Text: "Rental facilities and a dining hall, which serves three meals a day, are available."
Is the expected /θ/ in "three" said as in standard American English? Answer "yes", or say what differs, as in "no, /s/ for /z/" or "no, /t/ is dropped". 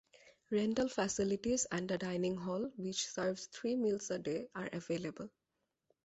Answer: no, /t/ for /θ/